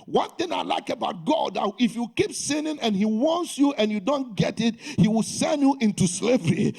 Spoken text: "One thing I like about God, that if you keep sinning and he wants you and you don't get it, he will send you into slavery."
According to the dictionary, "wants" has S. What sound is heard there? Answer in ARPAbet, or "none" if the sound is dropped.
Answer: S